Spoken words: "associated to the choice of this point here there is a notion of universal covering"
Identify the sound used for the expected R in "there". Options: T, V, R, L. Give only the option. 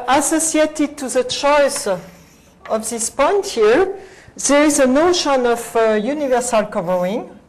R